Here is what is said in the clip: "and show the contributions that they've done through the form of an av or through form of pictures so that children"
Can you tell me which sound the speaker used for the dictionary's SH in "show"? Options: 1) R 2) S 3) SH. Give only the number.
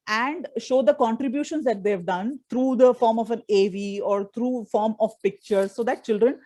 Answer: 3